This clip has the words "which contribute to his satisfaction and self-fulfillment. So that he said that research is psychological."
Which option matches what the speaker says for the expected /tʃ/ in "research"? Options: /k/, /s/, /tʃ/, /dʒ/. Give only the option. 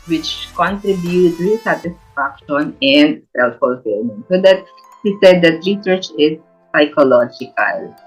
/tʃ/